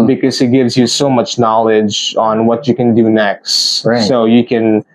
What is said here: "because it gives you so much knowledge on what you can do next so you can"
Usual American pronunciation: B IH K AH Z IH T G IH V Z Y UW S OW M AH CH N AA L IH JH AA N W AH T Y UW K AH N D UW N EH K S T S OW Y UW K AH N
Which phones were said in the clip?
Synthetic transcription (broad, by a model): B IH K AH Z IH T G IH V Z Y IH S OW M AH CH N AA L IH JH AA N W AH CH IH K AH N D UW N EH K S T S OW Y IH K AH N